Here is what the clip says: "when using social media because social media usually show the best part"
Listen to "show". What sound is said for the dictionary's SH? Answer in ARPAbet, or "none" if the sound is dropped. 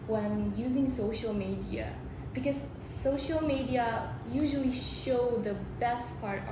SH